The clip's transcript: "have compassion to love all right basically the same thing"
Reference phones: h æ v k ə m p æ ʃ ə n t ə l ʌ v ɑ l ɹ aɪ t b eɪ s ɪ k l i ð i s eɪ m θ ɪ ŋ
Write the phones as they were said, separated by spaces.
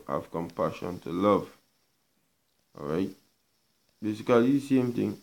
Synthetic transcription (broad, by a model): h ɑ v k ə m p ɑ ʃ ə n t ə l ʌ v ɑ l ɹ aɪ t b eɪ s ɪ k i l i s eɪ m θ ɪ ŋ